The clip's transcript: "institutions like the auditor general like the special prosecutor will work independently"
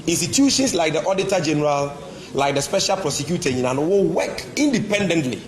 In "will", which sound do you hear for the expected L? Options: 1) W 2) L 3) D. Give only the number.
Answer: 1